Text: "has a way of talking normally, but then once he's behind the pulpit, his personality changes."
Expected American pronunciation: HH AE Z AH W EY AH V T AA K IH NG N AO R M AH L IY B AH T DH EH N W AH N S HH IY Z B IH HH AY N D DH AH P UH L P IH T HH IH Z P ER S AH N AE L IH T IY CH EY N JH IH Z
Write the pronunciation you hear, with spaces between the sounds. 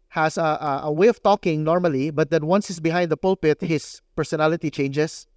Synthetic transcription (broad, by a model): HH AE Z AH W EY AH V T AA K IH NG N AO R M AH L IY B AH T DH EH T W AH N S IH S B IH HH AY N D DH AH P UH L P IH T HH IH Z P ER S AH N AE L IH T IY CH EY N JH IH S